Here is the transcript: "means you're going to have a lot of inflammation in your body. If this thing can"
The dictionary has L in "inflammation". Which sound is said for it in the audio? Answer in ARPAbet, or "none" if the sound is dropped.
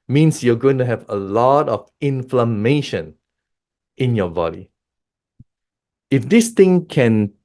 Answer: L